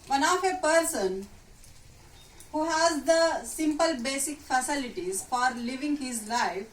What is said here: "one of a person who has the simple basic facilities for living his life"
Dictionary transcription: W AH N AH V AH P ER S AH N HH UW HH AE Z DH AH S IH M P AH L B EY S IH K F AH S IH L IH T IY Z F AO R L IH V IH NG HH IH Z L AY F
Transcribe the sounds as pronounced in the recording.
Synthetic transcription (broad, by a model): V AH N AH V AH P ER S AH N HH UW HH AE Z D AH S IH M P AH L B EY S IH K F AH S IH L IH T IY Z F AO R L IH V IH NG HH IH Z L AY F